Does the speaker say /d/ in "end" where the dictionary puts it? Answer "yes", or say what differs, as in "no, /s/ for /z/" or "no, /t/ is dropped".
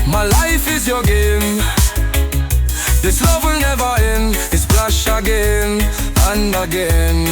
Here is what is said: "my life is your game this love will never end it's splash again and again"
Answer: no, /d/ is dropped